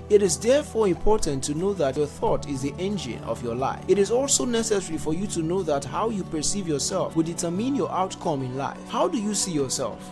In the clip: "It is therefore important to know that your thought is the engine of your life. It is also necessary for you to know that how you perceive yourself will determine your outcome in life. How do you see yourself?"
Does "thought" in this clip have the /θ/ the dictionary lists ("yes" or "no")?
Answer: yes